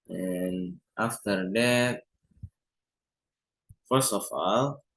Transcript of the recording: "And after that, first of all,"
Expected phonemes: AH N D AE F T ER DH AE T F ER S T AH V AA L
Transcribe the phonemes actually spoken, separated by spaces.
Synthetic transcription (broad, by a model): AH N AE F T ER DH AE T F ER S AH F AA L